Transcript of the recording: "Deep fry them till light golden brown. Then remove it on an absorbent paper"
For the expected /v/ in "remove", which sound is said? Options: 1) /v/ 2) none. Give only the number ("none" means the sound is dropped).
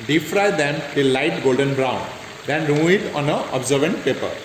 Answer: 2